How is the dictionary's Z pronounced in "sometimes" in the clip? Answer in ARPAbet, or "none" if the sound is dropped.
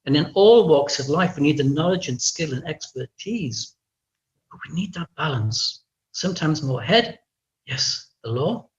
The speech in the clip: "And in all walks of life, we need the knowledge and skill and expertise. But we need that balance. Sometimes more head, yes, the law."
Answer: Z